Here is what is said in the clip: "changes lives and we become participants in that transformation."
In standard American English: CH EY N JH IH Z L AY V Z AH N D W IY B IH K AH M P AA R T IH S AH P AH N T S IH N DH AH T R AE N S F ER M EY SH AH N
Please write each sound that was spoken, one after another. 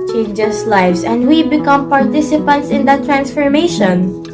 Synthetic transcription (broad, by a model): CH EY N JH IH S L AY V S AH N D W IY B IH K AH M P AA R T IH S AH P AH N T S IH N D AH T R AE N S F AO M EY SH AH N